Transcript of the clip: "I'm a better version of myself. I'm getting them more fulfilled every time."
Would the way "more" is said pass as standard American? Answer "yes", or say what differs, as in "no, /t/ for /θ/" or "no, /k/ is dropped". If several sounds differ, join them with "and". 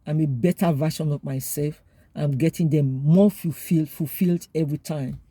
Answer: no, /l/ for /ɹ/